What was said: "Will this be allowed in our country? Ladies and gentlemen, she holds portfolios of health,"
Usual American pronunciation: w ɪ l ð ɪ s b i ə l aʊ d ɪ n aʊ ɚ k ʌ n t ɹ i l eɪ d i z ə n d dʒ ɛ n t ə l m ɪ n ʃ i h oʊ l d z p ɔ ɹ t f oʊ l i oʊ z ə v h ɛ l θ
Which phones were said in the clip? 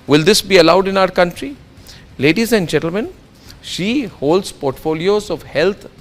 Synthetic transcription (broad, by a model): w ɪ l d ɪ s b i ə l aʊ d ɪ n aʊ ɚ k ʌ n t ɹ i l eɪ d i z ə n d dʒ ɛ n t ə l m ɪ n ʃ i h oʊ l d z p ɔ ɹ t f oʊ l i oʊ z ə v h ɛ l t